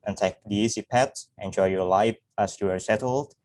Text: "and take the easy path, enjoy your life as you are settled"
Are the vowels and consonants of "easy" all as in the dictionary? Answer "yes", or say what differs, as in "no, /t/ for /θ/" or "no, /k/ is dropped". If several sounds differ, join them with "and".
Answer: no, /s/ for /z/